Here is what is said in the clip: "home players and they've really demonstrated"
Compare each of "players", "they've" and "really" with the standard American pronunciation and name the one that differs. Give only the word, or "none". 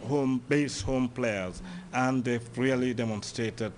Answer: they've